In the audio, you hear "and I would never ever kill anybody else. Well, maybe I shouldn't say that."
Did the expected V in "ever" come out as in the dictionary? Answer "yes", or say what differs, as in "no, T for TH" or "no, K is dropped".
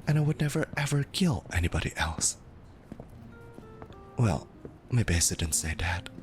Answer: yes